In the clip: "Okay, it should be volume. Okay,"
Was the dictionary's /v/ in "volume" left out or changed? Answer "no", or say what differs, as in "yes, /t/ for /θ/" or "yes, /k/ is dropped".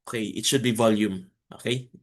no